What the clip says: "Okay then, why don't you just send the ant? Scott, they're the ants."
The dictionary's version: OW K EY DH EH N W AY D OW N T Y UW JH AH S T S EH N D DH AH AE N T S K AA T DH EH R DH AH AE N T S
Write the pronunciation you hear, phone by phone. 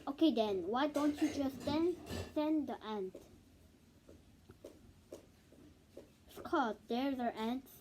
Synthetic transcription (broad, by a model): OW K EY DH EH N W AY D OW N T Y UW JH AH S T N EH N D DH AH AE N T S K AA T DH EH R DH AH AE N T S